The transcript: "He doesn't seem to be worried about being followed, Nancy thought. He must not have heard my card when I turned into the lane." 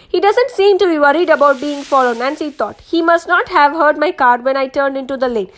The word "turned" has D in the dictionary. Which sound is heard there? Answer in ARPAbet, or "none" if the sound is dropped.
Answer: D